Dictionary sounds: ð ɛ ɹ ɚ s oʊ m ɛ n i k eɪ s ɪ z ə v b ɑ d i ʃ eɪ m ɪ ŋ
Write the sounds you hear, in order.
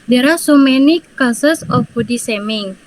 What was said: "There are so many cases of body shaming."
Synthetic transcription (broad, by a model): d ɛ ɹ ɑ s oʊ m ɛ n i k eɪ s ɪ s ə f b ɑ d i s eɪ m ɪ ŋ